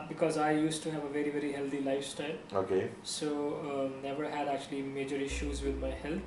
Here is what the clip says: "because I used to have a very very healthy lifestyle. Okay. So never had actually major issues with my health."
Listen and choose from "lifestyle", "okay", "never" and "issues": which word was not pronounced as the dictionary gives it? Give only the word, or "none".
none